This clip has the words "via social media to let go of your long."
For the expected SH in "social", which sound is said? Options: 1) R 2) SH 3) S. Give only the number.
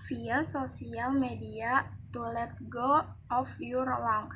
3